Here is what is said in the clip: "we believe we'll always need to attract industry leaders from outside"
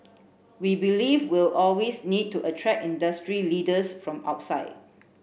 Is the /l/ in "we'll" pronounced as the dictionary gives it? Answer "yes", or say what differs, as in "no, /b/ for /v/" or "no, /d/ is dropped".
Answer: yes